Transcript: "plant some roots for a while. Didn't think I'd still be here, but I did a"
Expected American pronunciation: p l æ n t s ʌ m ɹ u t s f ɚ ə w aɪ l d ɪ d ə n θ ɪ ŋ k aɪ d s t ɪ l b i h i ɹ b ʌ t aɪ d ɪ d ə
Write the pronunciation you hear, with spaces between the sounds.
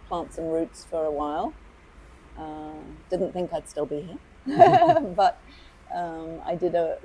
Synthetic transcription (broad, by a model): p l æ n t s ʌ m ɹ u t s f ɚ ə w aɪ l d ɪ d n θ ɪ ŋ k aɪ d s t ɪ l b i h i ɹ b ʌ t aɪ d ɪ d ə